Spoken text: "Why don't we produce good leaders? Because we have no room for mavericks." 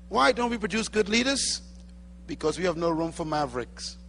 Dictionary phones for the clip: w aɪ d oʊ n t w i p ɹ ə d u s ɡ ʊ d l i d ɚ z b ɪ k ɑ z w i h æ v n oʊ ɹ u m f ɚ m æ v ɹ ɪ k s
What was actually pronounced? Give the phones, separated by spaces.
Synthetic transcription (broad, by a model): w aɪ d oʊ n t w i p ɹ ə d u s ɡ ʊ d l i d ɚ z b ɪ k ɑ z w i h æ v n oʊ ɹ u m f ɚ m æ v ɹ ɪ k s